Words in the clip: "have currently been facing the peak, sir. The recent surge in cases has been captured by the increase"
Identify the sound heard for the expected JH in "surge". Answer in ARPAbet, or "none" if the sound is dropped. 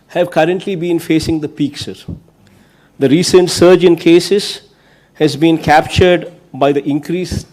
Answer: JH